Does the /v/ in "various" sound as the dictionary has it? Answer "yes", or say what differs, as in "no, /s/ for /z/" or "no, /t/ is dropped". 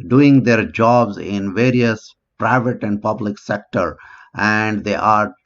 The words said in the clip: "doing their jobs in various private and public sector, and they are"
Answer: yes